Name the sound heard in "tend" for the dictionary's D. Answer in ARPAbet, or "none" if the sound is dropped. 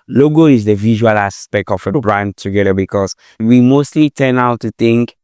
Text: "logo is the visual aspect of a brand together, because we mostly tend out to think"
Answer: none